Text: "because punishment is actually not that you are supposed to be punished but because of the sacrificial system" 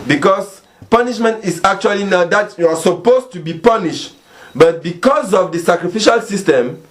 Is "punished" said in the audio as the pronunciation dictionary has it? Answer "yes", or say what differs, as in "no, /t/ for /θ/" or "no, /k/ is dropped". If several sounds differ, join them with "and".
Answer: yes